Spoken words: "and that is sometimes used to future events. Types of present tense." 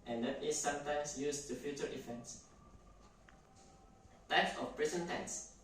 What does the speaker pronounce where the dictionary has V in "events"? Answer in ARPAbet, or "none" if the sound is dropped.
F